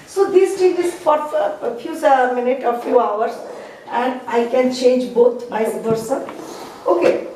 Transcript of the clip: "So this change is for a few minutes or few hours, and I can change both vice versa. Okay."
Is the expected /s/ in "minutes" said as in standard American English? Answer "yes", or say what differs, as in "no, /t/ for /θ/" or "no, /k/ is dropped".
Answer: no, /s/ is dropped